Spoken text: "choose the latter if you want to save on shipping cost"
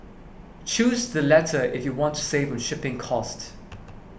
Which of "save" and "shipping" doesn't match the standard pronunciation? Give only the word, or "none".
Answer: none